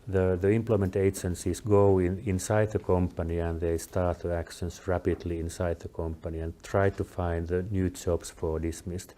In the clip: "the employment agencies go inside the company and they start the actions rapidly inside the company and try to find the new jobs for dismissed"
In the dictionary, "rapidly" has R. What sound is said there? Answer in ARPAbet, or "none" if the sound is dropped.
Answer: R